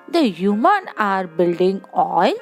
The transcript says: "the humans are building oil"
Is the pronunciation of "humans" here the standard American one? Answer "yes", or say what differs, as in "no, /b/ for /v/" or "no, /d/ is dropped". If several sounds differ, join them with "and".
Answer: no, /z/ is dropped